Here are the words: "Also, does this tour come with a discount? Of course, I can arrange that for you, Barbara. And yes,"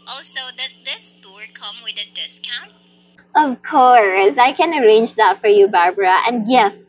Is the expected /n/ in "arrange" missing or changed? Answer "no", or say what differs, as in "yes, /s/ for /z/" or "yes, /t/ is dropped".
no